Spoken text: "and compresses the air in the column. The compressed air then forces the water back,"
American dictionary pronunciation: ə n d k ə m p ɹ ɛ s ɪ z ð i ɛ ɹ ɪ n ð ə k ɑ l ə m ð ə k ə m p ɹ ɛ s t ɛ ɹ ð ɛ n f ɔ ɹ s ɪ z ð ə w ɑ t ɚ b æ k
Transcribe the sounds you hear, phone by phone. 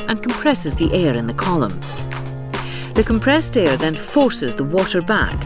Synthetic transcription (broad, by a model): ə n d k ə m p ɹ ɛ s ɪ z ð i ɛ ɹ ɪ n ð ə k ɑ l ə m ð ə k ə m p ɹ ɛ s t ɛ ɹ ð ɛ n f ɔ ɹ s ɪ z ð ə w ɑ t ɚ b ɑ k